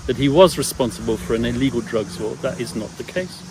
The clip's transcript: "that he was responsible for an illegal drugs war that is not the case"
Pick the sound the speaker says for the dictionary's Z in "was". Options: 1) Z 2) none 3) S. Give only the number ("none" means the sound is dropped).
1